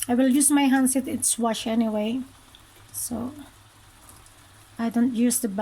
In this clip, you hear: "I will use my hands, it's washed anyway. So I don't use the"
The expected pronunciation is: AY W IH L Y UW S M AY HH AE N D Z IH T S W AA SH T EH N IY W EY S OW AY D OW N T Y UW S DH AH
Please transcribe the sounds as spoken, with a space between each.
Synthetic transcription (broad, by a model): AY W IH L Y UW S M AY HH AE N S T IH T S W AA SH EH N IY W EY S OW AY D OW N T Y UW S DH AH